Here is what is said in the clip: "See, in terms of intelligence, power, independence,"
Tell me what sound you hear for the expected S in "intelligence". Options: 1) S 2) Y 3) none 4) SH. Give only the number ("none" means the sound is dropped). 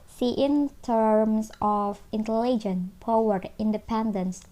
3